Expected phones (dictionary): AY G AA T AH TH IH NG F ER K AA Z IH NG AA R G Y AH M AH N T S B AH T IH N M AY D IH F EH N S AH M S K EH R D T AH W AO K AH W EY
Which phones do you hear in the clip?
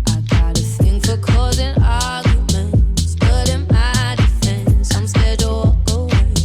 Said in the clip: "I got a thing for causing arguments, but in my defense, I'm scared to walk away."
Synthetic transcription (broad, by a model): AY G AA T AH TH IH NG F ER K AA Z IH NG AA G Y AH M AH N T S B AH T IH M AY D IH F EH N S AH M S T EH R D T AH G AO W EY